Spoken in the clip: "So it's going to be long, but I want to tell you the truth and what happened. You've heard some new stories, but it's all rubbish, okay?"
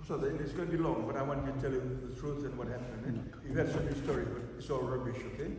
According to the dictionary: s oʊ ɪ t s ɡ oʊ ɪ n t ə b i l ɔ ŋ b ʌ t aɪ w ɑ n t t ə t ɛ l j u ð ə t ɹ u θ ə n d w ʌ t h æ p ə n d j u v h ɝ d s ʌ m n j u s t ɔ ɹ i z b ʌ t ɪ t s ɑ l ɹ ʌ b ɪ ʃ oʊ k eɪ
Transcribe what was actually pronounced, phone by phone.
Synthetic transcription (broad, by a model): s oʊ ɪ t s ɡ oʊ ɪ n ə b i l ɔ ŋ b ʌ t aɪ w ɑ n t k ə t ɛ l j u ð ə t ɹ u s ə n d w ʌ t h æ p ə n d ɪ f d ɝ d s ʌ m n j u s t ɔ ɹ i b ʌ t ɪ t s ɑ l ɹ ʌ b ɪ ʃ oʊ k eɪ